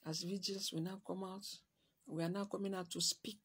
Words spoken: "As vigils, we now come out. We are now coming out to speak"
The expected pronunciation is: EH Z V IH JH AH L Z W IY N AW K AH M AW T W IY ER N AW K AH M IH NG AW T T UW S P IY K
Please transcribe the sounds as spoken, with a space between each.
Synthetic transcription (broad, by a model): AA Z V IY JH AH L S W IY N AW K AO M AW T W IY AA N AW K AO M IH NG AW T T UW S P IY K